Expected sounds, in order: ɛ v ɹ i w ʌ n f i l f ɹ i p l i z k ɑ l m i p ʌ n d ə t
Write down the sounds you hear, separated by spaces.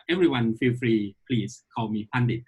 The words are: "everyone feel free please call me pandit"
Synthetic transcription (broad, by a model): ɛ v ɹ i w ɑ n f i f ɹ i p l i s k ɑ w m i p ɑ n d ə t